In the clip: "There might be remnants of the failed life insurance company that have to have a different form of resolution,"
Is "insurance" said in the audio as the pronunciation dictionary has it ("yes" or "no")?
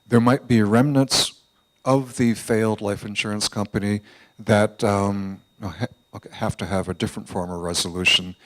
yes